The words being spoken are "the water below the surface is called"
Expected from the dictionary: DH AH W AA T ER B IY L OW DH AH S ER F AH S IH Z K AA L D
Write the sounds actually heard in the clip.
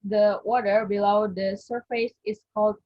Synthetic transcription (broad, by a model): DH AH W AA T ER B IY L OW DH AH S ER F AH S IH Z K AA L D